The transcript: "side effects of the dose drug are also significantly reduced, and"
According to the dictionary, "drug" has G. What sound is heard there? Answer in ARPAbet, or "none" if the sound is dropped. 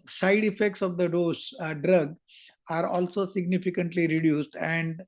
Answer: G